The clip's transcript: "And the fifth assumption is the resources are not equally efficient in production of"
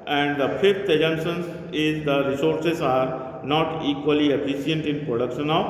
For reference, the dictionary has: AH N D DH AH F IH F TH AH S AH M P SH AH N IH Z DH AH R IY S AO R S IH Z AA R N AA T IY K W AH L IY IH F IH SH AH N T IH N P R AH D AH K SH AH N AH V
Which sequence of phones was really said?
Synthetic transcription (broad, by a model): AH N D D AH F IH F T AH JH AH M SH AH N IH Z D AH R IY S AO R S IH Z AA R N AA T IY K W AH L IY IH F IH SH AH N T IH N P R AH D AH K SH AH N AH